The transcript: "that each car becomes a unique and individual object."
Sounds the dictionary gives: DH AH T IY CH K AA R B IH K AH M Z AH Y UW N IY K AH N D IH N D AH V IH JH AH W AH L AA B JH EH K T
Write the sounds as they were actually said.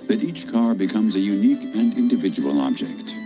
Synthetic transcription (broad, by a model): DH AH T IY CH K AA R B IH K AH M Z AH Y UW N IY K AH N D IH N D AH V IH JH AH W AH L AA B JH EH K T